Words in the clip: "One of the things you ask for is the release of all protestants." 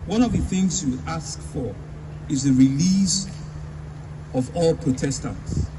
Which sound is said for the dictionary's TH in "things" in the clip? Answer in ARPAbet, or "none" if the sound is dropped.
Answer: TH